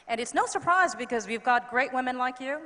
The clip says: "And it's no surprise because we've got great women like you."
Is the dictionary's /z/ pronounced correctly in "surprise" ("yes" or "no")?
yes